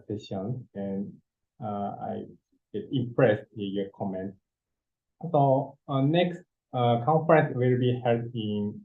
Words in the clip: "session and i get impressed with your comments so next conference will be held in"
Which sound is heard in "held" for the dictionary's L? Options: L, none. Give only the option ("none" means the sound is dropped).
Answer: none